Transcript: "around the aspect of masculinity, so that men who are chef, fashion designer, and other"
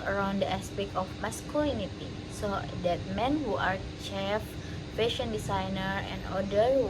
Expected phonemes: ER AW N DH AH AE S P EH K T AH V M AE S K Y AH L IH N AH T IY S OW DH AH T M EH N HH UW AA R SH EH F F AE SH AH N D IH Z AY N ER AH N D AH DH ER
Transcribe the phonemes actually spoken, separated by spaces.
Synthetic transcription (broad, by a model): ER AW N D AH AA S P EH K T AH F M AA S K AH L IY N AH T IY S OW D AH T M EH N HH UW AA R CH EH F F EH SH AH N D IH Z AY N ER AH N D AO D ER